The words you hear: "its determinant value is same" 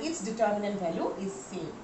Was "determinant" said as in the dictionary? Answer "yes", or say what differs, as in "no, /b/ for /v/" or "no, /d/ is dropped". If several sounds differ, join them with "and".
yes